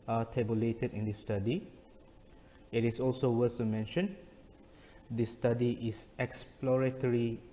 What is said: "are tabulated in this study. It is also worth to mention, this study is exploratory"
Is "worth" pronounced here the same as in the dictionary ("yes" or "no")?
no